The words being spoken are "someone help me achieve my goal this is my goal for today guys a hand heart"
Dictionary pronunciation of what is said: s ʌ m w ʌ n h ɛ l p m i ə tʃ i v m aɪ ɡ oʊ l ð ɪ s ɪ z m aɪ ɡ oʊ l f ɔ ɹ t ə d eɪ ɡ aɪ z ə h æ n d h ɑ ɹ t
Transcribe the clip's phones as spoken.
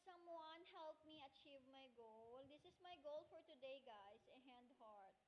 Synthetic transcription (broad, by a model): s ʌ m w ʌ n h ɛ l p m i ə tʃ i v m aɪ ɡ oʊ l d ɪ s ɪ s m aɪ ɡ oʊ l f ɔ ɹ t ə d eɪ ɡ aɪ s ə h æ n d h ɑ ɹ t